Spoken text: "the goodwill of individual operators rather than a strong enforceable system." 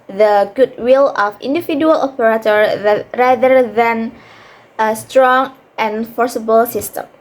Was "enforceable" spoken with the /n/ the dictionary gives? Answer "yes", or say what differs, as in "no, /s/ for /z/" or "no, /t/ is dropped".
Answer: yes